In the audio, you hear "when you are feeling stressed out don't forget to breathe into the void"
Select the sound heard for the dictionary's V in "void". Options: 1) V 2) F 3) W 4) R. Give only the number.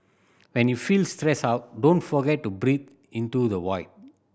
3